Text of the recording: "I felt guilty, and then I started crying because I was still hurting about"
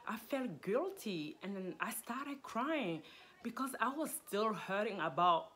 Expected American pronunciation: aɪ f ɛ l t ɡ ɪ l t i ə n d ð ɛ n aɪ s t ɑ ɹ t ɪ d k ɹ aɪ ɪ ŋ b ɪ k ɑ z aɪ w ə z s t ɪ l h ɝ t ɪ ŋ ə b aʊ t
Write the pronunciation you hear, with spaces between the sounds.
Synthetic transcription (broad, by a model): aɪ f ɛ l t ɡ ɪ l t i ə n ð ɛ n aɪ s t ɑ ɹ t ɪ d k ɹ aɪ ɪ ŋ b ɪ k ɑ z aɪ w ə z s t ɪ l h ɝ t ɪ ŋ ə b aʊ t